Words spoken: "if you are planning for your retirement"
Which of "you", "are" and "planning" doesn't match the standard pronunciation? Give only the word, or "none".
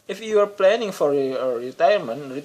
none